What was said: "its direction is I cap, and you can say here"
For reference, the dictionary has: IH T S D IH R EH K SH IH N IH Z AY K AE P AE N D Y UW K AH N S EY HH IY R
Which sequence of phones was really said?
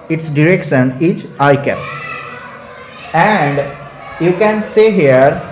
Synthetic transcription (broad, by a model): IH T S D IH R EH K S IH N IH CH AY K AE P AE N D Y UW K AH N S EY HH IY R